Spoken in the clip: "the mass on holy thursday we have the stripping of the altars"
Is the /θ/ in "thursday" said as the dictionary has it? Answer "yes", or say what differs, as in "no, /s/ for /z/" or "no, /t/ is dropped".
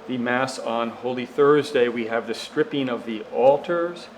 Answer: yes